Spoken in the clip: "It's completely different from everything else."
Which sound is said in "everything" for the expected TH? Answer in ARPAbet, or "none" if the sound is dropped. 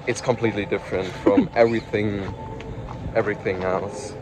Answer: TH